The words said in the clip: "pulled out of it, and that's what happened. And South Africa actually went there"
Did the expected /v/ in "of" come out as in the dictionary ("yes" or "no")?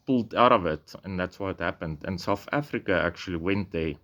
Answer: yes